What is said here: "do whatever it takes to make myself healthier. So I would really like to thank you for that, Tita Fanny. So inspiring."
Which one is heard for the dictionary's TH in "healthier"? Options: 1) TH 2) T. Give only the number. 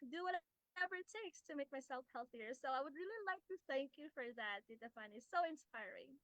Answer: 1